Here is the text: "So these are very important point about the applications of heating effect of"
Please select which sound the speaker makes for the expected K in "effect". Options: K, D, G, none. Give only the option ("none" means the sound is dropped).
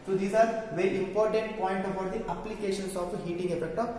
K